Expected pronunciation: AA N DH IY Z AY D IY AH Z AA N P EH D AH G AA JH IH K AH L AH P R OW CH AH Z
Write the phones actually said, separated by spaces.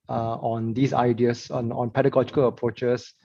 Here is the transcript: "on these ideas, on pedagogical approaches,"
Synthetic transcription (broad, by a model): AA N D IY S AY D IY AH S AA N P EH D AH G AA JH IH K AH L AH P R OW CH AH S